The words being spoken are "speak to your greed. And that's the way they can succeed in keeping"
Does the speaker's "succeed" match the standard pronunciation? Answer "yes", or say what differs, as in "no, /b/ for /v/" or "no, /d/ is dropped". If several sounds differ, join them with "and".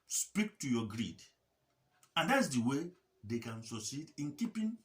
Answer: no, /k/ is dropped